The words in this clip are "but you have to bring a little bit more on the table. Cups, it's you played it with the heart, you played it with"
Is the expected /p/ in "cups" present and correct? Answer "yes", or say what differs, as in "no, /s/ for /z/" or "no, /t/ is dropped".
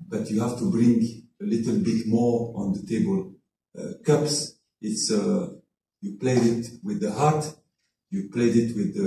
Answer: yes